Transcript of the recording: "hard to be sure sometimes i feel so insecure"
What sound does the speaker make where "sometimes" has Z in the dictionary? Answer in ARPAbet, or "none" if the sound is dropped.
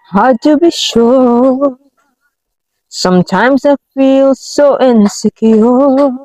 Z